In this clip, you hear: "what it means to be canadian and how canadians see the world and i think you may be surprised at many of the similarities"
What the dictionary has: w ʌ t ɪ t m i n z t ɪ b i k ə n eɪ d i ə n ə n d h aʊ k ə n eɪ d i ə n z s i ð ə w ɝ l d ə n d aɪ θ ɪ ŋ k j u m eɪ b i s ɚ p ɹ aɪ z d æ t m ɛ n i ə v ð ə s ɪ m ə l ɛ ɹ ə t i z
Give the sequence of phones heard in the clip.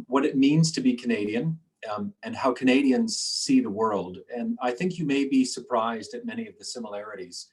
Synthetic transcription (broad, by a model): w ʌ t ɪ t m i n z t ɪ b i k ə n eɪ d i ə n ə n h aʊ k ə n eɪ d i ə n z s i ð ə w ɝ l d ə n aɪ θ ɪ ŋ k j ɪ m eɪ b i s ɚ p ɹ aɪ z d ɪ t m ɛ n i ə v ð ə s ɪ m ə l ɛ ɹ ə t i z